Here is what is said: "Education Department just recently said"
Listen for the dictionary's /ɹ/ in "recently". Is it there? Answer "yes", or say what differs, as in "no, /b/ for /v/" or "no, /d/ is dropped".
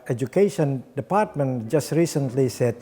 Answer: yes